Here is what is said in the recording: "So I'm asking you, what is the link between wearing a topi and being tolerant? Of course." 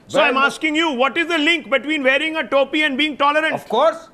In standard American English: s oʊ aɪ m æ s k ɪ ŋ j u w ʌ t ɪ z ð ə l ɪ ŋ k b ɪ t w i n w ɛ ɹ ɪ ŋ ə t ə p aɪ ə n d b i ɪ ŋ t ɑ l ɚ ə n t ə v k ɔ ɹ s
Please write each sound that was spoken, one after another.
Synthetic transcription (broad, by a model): s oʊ aɪ m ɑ s k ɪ ŋ j u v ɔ t ɪ z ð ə l ɪ ŋ k b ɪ t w i n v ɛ ɹ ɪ ŋ ə t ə p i ə n d b i ɪ ŋ t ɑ l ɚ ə t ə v k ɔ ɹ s